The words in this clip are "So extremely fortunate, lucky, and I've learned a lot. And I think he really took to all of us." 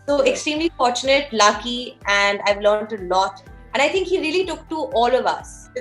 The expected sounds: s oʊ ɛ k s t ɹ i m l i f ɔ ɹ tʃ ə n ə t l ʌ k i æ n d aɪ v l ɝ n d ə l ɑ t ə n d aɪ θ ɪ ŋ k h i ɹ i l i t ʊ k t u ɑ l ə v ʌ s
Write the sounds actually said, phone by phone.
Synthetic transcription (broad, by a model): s oʊ ɛ k s t ɹ i m l i f ɔ ɹ tʃ ə n ə t l ʌ k i æ n d aɪ v l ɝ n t ə l ɑ t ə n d aɪ t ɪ ŋ k h i ɹ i l i t ʊ k t u ɑ l ə v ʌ s